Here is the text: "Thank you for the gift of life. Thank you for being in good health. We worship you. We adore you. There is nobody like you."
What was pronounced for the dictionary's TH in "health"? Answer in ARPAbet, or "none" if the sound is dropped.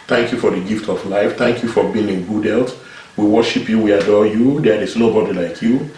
T